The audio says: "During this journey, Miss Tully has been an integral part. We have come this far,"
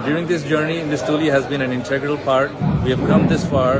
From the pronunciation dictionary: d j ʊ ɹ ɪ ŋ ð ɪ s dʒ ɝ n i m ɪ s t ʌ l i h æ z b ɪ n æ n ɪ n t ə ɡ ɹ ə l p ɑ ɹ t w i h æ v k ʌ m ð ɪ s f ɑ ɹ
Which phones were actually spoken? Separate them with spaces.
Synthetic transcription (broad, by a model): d j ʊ ɹ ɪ ŋ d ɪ s dʒ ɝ n i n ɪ s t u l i h æ z b ɪ n æ n ɪ n t ə ɡ ɹ ə l p ɑ ɹ t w i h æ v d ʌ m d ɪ s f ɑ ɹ